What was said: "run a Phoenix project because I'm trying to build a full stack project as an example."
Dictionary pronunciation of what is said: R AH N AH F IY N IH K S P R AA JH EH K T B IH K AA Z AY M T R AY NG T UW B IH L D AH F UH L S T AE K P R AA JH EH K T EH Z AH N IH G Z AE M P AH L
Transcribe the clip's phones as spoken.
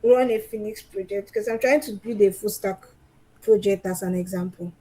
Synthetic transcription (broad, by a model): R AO N AH F IY N IH K S P R AA JH EH K T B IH K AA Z AY M T R AY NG T UW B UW D AH F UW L S T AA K P R AA JH EH K T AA S AH N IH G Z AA M P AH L